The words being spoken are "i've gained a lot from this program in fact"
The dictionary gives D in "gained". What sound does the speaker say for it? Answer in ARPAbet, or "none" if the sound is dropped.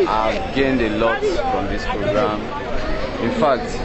D